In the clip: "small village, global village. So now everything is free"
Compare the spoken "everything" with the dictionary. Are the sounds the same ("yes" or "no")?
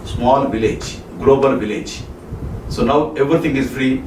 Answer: no